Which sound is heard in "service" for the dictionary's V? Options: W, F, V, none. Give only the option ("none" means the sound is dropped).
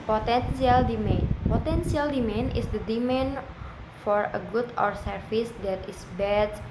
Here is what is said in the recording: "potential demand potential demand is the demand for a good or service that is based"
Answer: F